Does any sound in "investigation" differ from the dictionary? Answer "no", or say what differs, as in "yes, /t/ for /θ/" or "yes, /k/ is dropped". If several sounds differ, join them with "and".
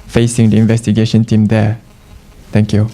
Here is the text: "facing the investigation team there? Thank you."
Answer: no